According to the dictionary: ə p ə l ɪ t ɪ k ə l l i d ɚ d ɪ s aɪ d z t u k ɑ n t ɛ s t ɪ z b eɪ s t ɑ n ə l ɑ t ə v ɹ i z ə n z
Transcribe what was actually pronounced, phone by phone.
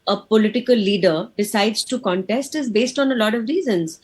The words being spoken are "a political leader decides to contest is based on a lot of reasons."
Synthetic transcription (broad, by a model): ə p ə l ɪ t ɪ k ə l l i d ɚ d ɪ s aɪ d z t u k ɑ n t ɛ s t ɪ z b eɪ s t ɑ n ə l ɑ t ə v ɹ i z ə n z